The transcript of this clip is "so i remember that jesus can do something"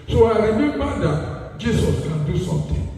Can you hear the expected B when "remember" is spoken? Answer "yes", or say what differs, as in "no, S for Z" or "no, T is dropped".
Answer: no, B is dropped